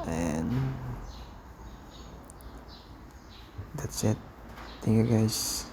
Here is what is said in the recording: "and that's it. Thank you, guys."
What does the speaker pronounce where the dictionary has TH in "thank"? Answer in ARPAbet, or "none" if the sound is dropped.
T